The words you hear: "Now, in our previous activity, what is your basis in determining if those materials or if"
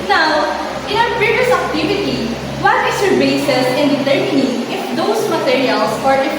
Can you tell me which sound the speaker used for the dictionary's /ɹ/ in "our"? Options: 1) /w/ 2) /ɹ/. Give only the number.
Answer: 1